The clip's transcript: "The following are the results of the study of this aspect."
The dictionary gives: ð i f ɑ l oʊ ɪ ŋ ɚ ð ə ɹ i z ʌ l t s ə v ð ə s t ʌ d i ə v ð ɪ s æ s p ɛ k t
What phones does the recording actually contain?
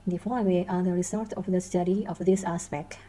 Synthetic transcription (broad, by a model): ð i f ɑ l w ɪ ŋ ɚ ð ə ɹ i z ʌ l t ə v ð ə s t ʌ d i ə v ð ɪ s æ s p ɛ k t